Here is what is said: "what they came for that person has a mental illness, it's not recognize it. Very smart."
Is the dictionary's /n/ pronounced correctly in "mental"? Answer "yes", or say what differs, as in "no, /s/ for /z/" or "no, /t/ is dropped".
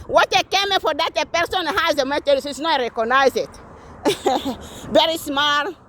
no, /n/ is dropped